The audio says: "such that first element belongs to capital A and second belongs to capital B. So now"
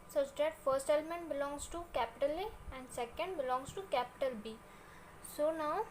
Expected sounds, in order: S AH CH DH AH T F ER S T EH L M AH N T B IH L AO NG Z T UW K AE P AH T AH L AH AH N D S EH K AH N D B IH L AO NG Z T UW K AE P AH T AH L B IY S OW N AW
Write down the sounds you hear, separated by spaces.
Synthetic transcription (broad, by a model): S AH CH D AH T F ER S T EH L M AH N T B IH L AO NG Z T UW K AE P AH T AH L AH AH N D S EH K AH N D B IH L AO NG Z T UW K AE P AH T AH L B IY S OW N AW